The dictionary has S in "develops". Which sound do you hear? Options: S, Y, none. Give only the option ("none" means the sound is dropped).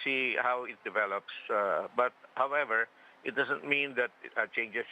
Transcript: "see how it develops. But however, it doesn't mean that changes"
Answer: S